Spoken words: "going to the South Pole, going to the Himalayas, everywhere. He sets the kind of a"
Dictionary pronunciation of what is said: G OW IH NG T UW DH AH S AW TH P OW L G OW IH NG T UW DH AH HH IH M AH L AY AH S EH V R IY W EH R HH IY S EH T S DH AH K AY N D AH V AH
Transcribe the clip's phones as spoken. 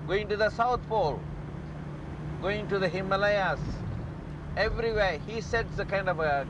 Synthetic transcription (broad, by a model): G OW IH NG T UW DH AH S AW T P OW L G OW IH NG T UW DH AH HH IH M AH L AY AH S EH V R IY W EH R HH IY S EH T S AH K AY N D AH V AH